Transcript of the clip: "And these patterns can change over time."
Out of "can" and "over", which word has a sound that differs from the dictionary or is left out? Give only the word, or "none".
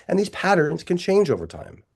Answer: none